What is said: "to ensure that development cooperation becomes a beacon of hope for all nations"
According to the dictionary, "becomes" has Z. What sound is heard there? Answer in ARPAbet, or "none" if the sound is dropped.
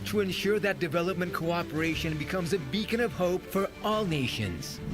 Z